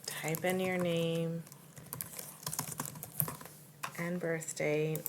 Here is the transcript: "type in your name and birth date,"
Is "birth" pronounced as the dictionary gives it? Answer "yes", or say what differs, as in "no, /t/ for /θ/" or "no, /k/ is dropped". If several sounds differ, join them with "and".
yes